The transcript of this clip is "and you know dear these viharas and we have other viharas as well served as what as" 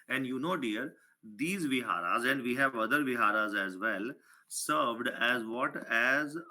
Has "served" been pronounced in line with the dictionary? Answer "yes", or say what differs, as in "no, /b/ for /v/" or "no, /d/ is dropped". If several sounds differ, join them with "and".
yes